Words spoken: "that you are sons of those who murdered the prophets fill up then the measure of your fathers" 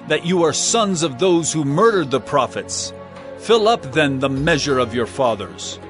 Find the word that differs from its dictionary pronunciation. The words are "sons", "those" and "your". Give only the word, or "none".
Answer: none